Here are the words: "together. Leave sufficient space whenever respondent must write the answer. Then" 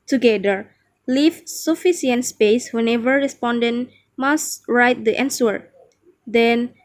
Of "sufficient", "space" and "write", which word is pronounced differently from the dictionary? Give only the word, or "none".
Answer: sufficient